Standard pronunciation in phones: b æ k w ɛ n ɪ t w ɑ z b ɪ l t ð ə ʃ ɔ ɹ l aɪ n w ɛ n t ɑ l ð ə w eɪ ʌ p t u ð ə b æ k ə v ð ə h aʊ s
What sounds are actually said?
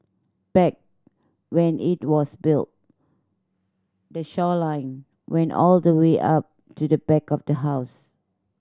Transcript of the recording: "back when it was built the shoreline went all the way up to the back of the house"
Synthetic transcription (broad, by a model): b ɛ k w ɛ n ɪ t w ɑ s b ɪ l t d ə ʃ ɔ l aɪ n w ɛ n t ɑ l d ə w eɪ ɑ p t u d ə b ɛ k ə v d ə h aʊ s